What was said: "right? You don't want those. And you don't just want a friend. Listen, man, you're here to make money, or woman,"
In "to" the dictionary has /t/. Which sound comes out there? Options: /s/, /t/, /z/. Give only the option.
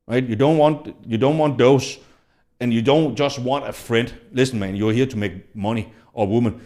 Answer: /t/